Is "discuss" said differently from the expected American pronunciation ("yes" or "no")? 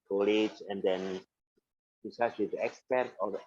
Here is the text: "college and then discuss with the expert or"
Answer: yes